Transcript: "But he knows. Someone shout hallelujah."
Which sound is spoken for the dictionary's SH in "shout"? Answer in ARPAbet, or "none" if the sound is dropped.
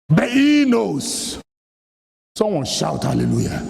SH